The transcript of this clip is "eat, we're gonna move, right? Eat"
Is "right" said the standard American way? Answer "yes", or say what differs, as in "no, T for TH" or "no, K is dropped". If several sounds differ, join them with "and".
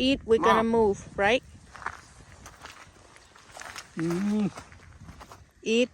yes